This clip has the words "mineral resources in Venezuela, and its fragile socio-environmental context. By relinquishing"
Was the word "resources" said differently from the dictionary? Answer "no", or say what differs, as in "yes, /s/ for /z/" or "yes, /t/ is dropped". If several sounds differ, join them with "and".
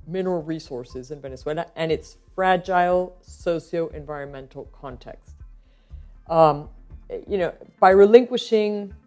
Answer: no